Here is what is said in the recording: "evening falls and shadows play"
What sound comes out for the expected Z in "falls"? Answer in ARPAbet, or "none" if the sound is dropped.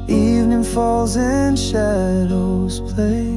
Z